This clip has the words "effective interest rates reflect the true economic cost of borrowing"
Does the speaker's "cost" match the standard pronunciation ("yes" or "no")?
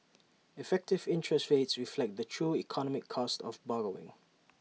yes